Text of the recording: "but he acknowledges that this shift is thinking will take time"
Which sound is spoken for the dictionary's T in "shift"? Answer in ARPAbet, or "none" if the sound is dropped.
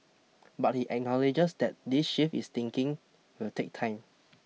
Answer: none